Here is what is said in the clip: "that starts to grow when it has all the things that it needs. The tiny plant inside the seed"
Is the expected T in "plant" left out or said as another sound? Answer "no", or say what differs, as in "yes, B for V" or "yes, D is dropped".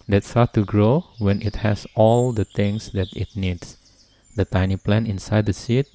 yes, T is dropped